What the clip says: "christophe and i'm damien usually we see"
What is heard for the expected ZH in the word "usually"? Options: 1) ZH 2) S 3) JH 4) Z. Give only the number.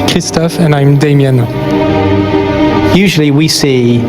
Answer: 1